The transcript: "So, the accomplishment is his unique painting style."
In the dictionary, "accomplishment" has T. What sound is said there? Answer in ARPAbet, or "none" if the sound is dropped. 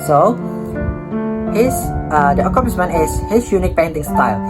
none